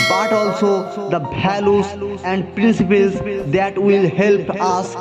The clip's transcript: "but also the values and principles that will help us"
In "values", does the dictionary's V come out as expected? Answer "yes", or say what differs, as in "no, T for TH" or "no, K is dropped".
no, B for V